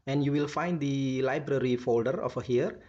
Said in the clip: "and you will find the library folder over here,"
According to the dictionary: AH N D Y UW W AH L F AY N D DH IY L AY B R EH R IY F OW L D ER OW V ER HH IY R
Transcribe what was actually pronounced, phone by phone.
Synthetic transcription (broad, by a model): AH N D Y UW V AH L F AY N D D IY L AY B R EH R IY F OW L D ER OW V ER HH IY R